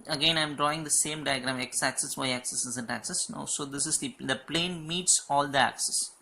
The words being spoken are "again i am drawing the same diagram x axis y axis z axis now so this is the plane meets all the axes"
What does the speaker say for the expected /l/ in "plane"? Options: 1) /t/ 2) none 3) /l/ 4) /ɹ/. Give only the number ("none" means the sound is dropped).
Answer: 3